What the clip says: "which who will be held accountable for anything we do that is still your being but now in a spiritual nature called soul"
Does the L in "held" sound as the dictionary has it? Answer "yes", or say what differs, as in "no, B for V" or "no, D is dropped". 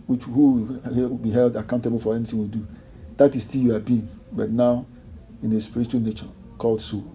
yes